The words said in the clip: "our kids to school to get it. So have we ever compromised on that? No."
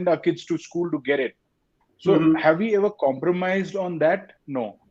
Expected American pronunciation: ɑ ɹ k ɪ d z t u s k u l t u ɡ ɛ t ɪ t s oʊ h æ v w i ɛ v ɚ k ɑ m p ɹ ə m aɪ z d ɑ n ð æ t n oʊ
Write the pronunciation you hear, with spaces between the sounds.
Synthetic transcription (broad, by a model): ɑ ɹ k ɪ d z t u s k u l t u ɡ ɛ t ɪ t s oʊ h æ v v i ɛ v ɚ k ɑ m p ɹ ə m aɪ z d ɑ n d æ t n oʊ